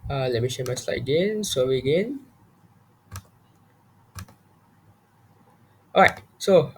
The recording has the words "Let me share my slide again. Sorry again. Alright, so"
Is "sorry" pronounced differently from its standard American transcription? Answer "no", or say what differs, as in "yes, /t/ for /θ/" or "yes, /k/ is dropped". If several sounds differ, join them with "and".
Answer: yes, /w/ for /ɹ/